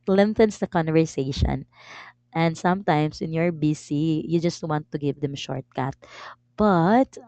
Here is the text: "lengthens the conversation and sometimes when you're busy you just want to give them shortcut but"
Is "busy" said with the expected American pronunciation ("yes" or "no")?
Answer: no